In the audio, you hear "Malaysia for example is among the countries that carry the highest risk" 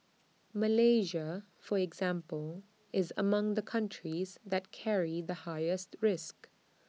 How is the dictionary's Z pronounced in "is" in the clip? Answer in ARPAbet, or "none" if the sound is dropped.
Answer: Z